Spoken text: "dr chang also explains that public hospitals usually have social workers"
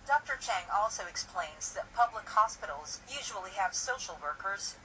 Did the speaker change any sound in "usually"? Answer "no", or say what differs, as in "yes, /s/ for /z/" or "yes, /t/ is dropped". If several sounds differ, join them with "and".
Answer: no